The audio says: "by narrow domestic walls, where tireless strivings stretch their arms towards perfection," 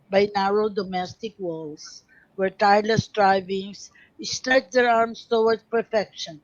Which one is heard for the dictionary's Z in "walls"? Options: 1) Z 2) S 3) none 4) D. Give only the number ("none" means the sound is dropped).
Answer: 2